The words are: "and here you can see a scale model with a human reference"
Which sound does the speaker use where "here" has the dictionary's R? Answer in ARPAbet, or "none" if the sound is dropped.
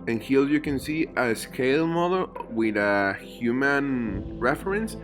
L